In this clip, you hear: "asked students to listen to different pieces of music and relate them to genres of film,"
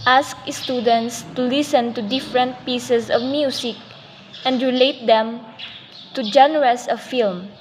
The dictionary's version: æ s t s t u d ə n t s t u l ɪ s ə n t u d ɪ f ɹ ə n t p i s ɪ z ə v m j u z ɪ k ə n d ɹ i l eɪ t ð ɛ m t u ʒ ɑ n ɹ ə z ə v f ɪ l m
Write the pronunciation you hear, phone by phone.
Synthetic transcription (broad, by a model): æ s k s t u d ə n t s t u l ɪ s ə n t u d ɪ f ɹ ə n t p i s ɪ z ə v m j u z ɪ k ə n d ɹ i l eɪ t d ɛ m t u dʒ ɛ n ɹ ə s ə f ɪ l m